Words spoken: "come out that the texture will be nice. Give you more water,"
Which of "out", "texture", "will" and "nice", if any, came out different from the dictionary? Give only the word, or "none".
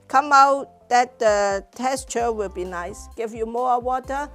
texture